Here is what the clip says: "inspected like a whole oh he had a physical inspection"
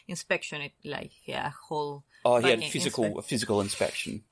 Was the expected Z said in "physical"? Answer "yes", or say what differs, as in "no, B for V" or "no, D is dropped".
yes